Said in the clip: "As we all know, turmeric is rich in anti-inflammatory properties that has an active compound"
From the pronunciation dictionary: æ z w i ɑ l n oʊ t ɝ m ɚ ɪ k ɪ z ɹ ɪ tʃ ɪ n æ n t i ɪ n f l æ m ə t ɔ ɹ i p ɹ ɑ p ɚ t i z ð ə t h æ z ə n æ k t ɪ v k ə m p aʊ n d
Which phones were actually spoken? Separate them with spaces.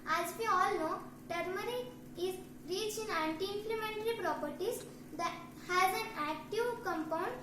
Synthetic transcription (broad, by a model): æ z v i ɑ l n oʊ t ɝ m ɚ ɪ ɪ z ɹ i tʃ ɪ n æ n t i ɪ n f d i m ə t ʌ ɹ i p ɹ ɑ p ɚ t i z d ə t h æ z ə n æ k t ɪ v k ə m p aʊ n d